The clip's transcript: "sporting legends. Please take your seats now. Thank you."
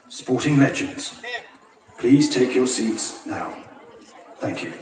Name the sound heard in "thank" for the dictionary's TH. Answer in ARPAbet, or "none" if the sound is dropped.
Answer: TH